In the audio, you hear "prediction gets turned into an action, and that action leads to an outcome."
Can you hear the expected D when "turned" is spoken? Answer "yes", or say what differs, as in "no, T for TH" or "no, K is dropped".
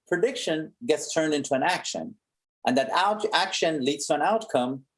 yes